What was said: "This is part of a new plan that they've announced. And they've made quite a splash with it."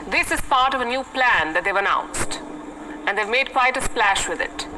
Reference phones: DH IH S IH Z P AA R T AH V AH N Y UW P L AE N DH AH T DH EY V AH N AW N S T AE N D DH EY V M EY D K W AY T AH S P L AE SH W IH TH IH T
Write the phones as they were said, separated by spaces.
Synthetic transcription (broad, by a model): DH IH S IH Z P AA R T AH V AH N Y UW P L AE N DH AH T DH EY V AH N AW N S T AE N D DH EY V M EY D K W AY T AH S P L AE SH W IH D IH T